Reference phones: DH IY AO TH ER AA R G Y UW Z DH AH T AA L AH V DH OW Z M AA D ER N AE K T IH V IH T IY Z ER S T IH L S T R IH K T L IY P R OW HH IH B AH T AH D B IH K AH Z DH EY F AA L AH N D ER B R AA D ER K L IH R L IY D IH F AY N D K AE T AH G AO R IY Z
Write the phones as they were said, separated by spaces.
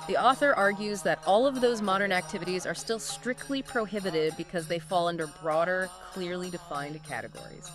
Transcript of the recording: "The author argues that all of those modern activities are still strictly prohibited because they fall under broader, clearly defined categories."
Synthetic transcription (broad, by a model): DH IY AO TH ER AA R G Y UW Z DH AH T AA L AH V DH OW Z M AA D ER N AE K T IH V IH T IY Z ER S T IH L S T R IH K T L IY P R OW HH IH B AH T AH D B IH K AH Z DH EY F AA L AH N D ER B R AA D ER K L IH R L IY D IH F AY N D K AE T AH G AO R IY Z